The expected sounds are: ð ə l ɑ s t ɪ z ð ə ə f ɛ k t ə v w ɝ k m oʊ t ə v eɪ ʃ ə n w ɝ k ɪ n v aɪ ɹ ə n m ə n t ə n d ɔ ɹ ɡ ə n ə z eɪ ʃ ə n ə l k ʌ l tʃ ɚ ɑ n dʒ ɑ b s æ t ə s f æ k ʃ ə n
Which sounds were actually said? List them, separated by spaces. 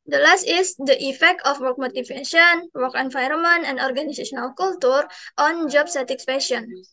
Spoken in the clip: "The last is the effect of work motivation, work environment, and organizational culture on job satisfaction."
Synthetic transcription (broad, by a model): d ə l ɑ s t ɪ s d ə ə f ɛ k t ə f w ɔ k m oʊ t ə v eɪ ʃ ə n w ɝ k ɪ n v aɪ ɹ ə m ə n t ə n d ɔ ɹ ɡ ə n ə s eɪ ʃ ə n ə l k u l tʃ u ɑ n dʒ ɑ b s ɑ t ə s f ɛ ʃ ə n